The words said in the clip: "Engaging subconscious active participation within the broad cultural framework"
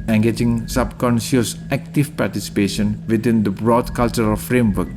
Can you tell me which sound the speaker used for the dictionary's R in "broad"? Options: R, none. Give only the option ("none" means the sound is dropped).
R